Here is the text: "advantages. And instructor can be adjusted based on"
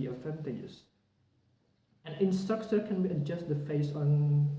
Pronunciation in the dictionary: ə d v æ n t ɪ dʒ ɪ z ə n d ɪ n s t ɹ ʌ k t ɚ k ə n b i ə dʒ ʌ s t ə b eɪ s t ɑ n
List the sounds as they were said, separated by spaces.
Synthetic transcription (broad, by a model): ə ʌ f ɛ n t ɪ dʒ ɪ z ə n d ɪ n s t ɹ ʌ k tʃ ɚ k ə n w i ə dʒ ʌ s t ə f eɪ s ɑ n